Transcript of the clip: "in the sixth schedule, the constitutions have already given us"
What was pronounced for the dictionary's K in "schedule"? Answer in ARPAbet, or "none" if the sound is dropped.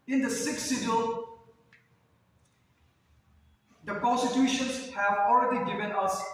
none